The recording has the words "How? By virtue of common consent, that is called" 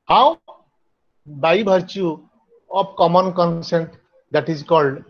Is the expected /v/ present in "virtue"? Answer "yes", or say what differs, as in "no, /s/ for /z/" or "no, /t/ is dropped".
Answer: no, /b/ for /v/